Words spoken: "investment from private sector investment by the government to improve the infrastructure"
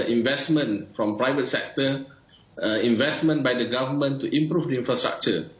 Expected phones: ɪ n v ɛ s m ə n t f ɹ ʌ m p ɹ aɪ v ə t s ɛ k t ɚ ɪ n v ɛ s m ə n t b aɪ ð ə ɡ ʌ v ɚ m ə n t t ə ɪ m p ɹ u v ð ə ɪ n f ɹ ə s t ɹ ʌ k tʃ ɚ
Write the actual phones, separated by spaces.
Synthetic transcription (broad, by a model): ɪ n v ɛ s m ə n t f ɹ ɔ m p ɹ aɪ v ə t s ɛ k t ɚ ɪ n v ɛ s m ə n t b aɪ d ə ɡ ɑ v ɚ m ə n t t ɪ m p ɹ u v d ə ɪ n f ɹ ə s t ɹ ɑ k tʃ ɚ